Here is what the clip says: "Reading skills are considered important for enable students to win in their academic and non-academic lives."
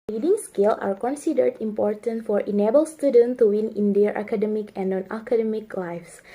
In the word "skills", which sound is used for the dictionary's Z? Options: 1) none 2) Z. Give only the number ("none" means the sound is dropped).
1